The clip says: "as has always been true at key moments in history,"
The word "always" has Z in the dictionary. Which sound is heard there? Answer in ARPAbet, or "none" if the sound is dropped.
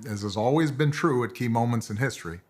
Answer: Z